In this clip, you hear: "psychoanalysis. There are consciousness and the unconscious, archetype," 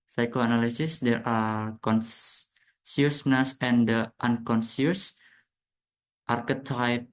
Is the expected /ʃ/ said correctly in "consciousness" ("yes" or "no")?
no